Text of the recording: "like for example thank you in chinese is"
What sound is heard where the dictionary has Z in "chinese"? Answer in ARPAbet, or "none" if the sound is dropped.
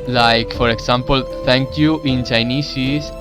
S